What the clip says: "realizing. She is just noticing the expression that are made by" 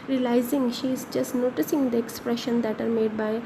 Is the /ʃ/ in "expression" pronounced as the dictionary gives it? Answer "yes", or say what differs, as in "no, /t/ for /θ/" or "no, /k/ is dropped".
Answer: yes